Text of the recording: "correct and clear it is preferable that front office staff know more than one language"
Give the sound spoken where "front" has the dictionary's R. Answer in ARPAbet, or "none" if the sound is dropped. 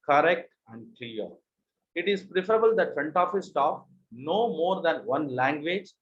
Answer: none